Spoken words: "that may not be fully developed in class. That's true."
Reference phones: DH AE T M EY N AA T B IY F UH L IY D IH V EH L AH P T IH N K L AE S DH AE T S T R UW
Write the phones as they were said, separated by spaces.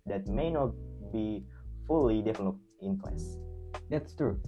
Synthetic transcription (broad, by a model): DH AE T M EY N AA T B IY F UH L IY D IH F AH N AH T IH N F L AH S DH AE T S T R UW